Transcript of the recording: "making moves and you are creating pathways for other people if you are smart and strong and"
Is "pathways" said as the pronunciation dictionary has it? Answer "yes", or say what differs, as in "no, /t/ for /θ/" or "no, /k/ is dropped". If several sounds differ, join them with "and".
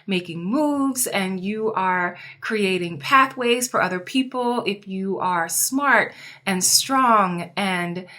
yes